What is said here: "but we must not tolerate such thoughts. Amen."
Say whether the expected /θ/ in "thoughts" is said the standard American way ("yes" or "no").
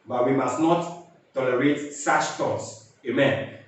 no